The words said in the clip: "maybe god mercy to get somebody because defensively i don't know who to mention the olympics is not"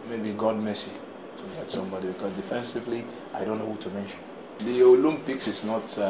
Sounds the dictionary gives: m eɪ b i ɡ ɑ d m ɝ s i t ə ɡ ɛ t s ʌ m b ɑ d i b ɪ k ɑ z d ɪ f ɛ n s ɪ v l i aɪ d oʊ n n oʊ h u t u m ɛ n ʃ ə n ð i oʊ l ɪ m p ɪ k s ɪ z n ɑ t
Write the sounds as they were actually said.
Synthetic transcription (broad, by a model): m eɪ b i ɡ ɑ d m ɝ s i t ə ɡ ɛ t s ʌ m b ɑ d i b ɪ k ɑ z d ɪ f ɛ n s ɪ v l i aɪ d oʊ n n oʊ h u t u m ɛ n ʃ ə n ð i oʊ l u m p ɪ k s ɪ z n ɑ t